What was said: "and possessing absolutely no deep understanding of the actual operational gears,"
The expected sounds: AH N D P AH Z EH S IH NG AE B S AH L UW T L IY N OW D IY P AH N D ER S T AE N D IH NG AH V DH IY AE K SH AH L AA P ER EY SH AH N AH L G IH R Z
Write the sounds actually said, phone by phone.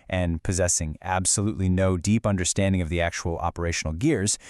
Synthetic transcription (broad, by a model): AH N P AH Z EH S IH NG AE B S AH L UW T L IY N OW D IY P AH N D ER S T AE N D IH NG AH V DH IY AE K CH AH L AA P ER EY SH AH N L G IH R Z